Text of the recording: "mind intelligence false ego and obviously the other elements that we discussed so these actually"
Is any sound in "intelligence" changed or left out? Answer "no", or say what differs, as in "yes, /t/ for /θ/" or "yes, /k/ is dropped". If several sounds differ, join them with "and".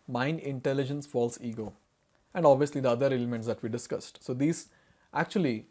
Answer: no